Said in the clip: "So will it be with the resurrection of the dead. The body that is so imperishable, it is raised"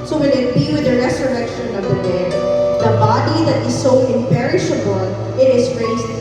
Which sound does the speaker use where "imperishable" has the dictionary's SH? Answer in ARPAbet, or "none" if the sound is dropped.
SH